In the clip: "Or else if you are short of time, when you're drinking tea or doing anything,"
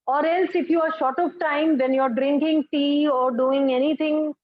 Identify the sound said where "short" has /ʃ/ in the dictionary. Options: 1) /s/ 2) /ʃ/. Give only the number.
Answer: 2